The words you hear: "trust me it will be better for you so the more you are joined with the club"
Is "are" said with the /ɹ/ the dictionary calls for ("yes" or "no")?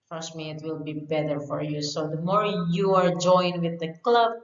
yes